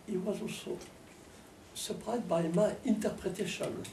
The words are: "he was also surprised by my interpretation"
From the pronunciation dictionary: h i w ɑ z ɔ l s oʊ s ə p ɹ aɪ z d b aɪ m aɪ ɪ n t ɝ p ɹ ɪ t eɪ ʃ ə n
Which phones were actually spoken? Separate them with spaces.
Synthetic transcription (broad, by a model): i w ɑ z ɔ s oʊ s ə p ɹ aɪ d b aɪ m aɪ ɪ n t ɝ p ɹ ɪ t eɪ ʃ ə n